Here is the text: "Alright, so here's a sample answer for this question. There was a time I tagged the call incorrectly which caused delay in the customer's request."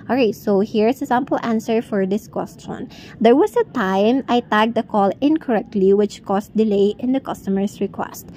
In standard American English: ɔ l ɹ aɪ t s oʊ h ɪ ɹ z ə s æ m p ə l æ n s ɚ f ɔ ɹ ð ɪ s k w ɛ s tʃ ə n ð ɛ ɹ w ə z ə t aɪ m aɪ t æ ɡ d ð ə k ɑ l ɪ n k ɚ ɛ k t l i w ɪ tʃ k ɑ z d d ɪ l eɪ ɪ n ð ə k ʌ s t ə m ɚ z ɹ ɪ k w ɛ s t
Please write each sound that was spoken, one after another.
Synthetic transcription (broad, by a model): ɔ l ɹ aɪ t s oʊ h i ɹ s ə s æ m p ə l æ n s ɚ f ɔ ɹ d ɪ s k w ɛ s tʃ ə n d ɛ ɹ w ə s ə t aɪ m aɪ t æ ɡ d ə k ɑ l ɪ n k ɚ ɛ k t l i w ɪ tʃ k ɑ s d d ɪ l eɪ ɪ n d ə k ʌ s t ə m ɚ s ɹ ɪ k w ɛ s t